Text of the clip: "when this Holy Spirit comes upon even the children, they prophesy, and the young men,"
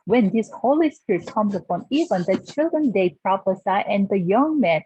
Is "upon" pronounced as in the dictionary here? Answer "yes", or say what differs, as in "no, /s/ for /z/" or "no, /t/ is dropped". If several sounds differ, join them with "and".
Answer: yes